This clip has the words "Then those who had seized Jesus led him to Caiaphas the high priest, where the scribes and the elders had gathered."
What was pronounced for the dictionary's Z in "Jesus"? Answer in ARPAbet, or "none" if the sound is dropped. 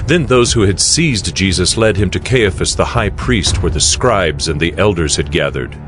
Z